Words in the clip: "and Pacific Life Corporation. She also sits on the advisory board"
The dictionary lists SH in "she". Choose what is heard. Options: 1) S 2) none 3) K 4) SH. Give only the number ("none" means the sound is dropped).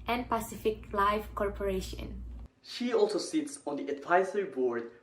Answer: 4